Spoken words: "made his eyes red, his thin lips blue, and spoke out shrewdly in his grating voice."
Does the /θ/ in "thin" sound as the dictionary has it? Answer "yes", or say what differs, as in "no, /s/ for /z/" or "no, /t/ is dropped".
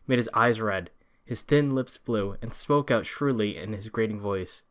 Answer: yes